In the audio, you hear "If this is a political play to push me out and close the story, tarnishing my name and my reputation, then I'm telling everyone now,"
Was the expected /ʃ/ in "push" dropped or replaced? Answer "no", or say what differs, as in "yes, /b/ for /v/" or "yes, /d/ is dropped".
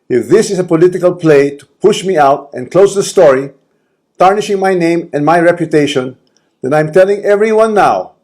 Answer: no